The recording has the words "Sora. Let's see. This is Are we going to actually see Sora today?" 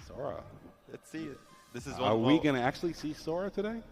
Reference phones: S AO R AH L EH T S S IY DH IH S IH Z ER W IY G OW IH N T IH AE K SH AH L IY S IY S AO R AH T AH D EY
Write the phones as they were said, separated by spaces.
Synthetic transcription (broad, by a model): S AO R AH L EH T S S IY DH IH S IH Z ER W IY G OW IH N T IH AE K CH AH L IY S IY S AO R AH T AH D EY